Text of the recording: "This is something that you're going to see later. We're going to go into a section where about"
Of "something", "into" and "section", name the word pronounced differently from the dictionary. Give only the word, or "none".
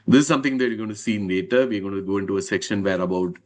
something